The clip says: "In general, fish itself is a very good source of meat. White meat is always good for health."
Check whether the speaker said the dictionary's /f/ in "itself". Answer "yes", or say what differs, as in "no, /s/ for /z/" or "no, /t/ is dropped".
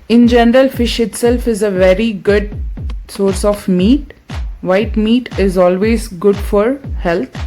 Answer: yes